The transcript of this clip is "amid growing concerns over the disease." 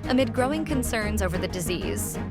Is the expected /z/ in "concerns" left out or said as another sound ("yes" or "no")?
no